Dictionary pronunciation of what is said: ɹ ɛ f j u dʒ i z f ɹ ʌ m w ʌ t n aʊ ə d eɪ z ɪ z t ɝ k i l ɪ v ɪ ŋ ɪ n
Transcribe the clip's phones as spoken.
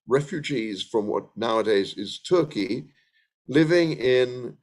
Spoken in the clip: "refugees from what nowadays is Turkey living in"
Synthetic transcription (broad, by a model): ɹ ɛ f j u dʒ i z f ɹ ʌ m w ʌ t n aʊ ə d eɪ z ɪ z t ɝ k i l ɪ v ɪ ŋ ɪ n